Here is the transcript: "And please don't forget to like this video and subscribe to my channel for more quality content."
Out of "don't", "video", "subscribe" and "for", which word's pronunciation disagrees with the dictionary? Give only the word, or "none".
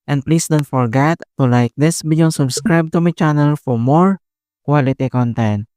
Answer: video